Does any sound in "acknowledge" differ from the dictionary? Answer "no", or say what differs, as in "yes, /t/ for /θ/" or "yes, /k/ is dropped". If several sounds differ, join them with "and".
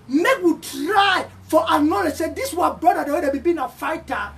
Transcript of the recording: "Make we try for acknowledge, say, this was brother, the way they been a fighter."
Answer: yes, /k/ is dropped